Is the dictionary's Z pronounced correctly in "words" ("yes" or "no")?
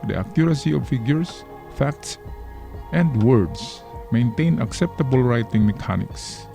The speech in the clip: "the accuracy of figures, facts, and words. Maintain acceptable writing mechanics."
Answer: no